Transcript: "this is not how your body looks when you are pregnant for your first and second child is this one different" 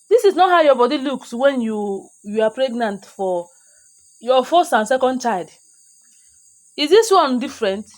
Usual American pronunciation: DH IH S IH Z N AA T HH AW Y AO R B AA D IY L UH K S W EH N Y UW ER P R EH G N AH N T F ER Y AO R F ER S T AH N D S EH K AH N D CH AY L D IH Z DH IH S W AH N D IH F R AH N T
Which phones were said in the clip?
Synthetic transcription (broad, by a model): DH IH S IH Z N AA T HH AW Y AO B AA D IY L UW K S W EH N Y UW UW P R EH G N AH N T F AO Y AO F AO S AH N S EH K AH N D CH AY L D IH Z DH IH S W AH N D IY F R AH N T